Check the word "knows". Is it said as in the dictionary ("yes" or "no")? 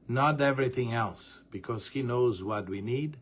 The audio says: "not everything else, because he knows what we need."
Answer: yes